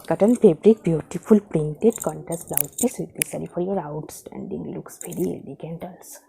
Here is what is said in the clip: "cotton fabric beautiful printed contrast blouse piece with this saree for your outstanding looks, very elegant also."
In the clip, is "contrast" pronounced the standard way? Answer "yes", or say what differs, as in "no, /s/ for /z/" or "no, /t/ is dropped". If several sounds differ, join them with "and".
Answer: no, /ɹ/ is dropped